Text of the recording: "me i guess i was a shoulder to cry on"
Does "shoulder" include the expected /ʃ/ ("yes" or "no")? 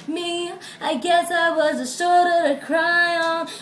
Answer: no